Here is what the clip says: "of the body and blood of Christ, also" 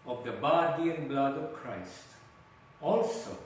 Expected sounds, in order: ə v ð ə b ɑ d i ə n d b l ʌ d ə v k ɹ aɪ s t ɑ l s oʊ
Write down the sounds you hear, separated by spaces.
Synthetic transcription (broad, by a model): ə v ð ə b ɑ d i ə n b l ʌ d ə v k ɹ aɪ s t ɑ l s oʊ